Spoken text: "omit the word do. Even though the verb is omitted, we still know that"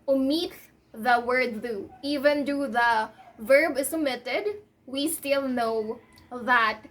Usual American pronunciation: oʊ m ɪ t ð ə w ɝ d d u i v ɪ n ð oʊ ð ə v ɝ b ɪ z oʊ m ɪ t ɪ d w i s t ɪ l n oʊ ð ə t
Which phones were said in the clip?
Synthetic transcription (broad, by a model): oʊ m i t ð ə w ɝ d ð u i v ɪ n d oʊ ð ə v ɝ b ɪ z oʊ m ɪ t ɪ d w i s t ɪ l n oʊ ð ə t